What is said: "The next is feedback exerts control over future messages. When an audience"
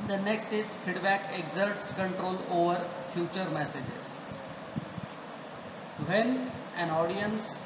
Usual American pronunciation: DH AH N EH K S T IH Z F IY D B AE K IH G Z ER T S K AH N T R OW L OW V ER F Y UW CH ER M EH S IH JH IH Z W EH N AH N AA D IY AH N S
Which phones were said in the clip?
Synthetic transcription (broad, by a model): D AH N EH K S T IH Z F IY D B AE K IH G Z ER T S K AH N T R OW L OW V ER F Y UW CH ER M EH S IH JH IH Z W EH N AH N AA D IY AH N S